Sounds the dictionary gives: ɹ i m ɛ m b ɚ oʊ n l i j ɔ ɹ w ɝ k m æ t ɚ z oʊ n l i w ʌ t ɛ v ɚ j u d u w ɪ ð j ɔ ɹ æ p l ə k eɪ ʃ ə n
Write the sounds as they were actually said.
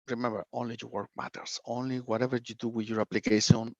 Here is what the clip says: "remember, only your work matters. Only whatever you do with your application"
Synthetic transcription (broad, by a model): ɹ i m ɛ m b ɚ oʊ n l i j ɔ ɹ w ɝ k m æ t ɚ s oʊ n l i w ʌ t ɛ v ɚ j u d u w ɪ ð j ɔ ɹ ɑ p l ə k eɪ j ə n